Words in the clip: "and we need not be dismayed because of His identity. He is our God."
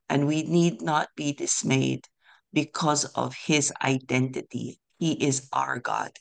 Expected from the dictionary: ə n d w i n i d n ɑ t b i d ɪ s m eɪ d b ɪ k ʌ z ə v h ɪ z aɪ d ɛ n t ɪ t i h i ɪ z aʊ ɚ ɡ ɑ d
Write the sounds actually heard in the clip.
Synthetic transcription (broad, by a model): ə n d w i n i d n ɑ t b i d ɪ s m eɪ d b ɪ k ʌ z ə v h ɪ z aɪ d ɛ n t ɪ t i h i ɪ z aʊ ɚ ɡ ɑ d